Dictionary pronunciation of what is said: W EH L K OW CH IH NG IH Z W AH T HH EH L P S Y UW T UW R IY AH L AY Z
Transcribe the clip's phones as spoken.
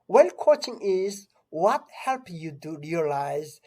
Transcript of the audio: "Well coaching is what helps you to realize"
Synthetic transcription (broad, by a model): W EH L K OW CH IH NG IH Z W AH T HH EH L P Y UW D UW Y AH L AY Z